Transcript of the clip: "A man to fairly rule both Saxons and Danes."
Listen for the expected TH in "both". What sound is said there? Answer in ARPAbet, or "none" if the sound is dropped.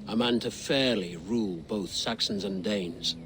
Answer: TH